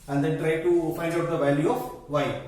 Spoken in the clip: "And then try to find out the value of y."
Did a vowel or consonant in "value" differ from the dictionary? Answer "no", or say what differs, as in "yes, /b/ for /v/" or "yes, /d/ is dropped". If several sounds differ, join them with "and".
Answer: no